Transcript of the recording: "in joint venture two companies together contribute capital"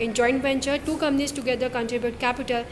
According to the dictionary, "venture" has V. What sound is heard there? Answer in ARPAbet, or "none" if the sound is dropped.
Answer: B